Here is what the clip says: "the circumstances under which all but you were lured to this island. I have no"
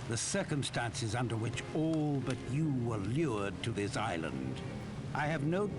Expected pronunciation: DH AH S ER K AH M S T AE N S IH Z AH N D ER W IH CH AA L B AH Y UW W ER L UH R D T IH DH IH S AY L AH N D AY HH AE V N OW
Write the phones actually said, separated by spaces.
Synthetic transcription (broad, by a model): DH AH S ER K AH M S T AE N S IH Z AH N D ER W IH CH AA L B AH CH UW W ER L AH R D T IH DH IH S AY L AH N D AY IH V N OW